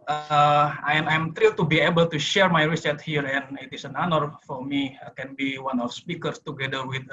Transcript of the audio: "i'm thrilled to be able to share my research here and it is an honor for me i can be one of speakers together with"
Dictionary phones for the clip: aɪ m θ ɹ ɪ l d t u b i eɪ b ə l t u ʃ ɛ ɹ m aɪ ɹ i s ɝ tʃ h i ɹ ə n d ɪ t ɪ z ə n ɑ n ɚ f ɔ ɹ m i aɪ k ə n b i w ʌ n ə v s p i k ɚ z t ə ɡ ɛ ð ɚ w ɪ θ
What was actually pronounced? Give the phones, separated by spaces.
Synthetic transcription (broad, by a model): aɪ m t ɹ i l t u b i eɪ b ə l t u ʃ ɛ ɹ m aɪ ɹ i s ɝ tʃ h i ɹ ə n ɪ t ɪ s ə n ɑ n ɚ f ɔ ɹ m i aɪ k ə n b i w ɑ n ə f s p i k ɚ s t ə ɡ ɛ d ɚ w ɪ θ